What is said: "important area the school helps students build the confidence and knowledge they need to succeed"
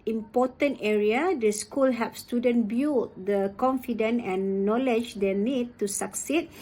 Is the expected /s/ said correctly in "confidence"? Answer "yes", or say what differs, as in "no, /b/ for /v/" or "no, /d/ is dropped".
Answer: no, /s/ is dropped